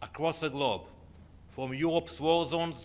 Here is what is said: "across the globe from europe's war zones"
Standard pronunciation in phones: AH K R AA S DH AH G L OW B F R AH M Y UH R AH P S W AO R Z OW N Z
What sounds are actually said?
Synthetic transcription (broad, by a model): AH K R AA S DH AH G L OW B F R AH M Y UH R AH P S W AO L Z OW N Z